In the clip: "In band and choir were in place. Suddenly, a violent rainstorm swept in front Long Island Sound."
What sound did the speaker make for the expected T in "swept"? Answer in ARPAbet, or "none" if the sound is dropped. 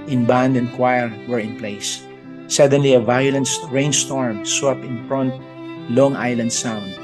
none